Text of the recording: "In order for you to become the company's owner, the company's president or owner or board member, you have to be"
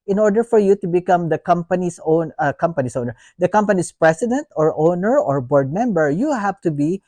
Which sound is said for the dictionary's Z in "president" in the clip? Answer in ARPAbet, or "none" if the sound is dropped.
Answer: S